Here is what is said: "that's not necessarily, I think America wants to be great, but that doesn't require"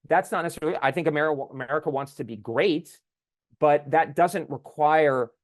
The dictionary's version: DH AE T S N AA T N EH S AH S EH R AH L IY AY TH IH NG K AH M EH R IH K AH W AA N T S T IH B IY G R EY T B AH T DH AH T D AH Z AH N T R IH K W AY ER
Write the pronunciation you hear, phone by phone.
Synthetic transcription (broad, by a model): DH AE T S N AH T N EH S S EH L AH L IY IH TH IH NG K AH M EH R IH K AH W AA N T S T IH B IY G R EY T B AH T DH AH T D AH Z AH N T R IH K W AY ER